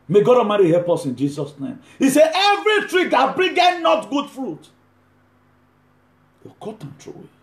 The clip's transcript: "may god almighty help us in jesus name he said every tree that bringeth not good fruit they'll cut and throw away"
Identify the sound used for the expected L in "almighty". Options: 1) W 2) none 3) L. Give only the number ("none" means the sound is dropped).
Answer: 2